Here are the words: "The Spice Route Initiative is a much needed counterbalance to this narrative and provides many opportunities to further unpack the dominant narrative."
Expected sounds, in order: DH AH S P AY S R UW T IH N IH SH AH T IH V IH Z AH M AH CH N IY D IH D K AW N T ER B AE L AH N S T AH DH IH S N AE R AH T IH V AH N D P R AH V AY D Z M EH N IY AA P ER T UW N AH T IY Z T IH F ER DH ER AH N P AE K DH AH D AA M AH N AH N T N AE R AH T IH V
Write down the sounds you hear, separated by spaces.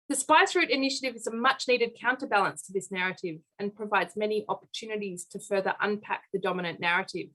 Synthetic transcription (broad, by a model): DH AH S P AY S R UW T IH N IH SH AH T IH V IH Z AH M AH CH N IY D IH D K AW N T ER B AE L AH N S T AH DH IH S N AE R AH T IH V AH N P R AH V AY D Z M EH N IY AA P ER T UW N AH T IY Z T IH F ER DH ER AH N P AE K DH AH D AA M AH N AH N N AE R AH T IH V